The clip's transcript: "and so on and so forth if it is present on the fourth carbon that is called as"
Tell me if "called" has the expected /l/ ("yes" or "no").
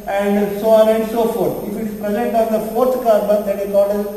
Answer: no